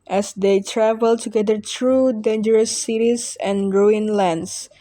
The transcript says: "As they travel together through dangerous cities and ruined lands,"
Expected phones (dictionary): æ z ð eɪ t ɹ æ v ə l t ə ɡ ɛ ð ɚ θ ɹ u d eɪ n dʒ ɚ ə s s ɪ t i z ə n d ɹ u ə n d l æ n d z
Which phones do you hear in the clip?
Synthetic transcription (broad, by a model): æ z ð eɪ t ɹ æ v ə l t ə ɡ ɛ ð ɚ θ ɹ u d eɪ n dʒ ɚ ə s s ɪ t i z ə n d ɹ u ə n l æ n d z